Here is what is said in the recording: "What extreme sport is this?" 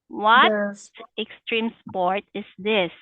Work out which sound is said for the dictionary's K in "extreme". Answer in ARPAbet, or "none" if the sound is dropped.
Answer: K